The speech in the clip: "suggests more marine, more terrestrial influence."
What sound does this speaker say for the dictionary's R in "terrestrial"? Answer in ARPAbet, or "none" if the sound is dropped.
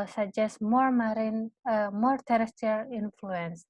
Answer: none